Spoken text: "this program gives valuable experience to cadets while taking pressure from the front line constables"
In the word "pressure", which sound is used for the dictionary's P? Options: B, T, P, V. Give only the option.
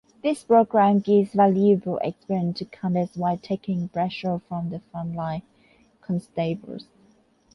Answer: B